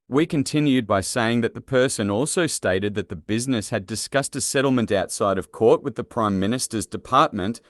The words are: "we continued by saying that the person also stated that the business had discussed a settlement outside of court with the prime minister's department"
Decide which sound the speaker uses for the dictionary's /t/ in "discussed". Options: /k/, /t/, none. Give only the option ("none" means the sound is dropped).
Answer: /t/